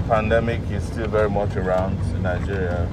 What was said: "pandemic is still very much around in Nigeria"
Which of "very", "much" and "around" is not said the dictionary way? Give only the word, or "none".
none